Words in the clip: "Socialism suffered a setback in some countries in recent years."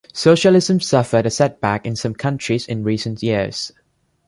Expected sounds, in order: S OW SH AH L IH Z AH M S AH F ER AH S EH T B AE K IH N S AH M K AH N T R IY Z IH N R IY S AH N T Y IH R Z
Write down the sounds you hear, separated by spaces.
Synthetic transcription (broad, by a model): S OW SH AH L IH Z AH M S AH F ER AH S EH T B AE K IH N S AH M K AH N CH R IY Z IH N R IY S AH N T Y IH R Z